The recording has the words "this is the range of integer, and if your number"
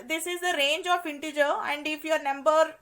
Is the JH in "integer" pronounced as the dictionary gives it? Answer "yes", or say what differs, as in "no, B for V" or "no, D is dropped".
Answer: yes